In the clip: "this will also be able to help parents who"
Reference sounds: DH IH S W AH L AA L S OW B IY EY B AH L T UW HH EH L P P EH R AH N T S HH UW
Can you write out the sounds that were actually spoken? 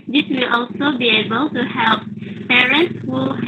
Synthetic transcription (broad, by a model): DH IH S W AH L AA L S OW B IY EY B AH L T UW HH EH L P P EH R AH N T S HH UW